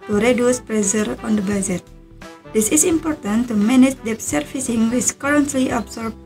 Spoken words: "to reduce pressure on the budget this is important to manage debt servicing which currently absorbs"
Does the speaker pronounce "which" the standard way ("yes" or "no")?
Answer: no